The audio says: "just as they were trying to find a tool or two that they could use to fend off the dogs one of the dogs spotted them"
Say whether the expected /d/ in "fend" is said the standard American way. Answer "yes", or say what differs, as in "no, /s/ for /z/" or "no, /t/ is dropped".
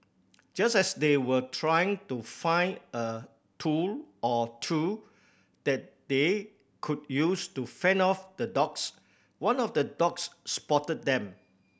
no, /d/ is dropped